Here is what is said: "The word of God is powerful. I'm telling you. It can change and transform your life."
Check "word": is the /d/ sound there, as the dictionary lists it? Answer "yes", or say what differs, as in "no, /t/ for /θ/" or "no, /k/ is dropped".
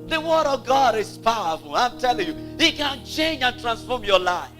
yes